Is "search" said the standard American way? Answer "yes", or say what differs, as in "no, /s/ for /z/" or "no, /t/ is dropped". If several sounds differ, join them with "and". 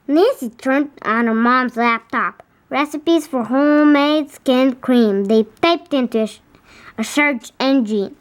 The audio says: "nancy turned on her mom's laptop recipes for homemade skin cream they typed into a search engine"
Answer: no, /ʃ/ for /s/